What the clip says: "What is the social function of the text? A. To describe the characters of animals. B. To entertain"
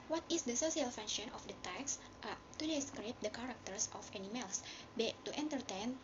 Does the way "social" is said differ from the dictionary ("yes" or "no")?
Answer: yes